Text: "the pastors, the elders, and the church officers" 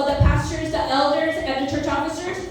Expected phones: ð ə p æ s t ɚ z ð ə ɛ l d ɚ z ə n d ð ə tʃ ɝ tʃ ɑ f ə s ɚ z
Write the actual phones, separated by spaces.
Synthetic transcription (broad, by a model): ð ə p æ s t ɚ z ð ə ɛ l d ɚ z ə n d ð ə tʃ ɝ tʃ ɑ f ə s ɚ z